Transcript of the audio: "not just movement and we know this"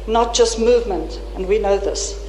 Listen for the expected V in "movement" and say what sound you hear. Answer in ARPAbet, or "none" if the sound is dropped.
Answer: V